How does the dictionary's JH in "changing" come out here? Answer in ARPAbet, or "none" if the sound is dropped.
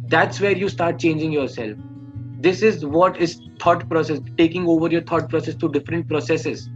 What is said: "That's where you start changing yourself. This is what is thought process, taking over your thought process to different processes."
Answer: JH